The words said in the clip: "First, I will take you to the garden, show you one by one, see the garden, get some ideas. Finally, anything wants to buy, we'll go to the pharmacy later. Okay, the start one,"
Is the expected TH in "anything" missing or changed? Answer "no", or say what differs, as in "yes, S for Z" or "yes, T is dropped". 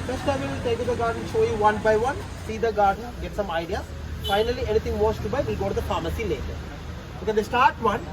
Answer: yes, T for TH